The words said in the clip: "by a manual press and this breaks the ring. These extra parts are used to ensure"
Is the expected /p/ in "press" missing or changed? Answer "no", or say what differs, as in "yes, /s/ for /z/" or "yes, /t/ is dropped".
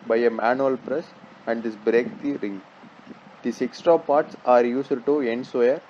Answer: no